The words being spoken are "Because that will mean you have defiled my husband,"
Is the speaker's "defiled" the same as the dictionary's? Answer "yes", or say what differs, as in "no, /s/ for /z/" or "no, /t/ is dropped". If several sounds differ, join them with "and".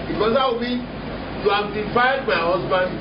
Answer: no, /l/ is dropped